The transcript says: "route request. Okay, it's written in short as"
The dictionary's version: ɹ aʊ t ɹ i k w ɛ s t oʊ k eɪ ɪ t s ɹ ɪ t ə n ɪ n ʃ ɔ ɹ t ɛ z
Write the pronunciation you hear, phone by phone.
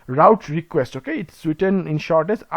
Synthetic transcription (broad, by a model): ɹ aʊ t ɹ i k w ɛ s t oʊ k eɪ ɪ t s w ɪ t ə n ɪ n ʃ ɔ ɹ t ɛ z